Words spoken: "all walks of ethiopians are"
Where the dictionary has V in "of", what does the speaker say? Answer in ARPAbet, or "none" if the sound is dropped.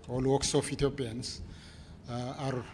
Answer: F